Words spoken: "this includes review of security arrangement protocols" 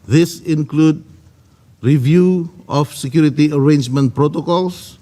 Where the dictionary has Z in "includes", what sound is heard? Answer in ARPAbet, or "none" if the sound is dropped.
none